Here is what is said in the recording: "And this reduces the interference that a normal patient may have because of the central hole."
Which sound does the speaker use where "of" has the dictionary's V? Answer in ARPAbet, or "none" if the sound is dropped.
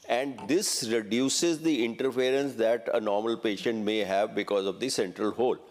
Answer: V